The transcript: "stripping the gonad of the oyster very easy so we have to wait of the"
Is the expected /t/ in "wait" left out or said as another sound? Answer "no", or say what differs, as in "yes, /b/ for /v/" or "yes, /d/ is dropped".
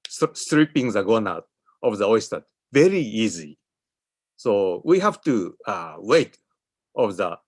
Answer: no